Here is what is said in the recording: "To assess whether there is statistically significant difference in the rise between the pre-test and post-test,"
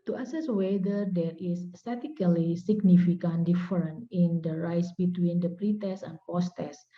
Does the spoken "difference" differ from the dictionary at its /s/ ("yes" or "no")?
yes